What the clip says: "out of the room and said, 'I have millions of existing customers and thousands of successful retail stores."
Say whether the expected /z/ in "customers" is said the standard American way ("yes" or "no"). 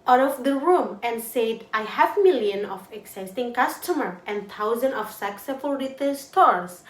no